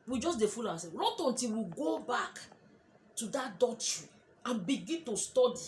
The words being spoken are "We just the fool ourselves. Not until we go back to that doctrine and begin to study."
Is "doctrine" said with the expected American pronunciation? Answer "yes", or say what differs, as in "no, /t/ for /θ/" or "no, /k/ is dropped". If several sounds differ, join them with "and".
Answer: no, /k/ is dropped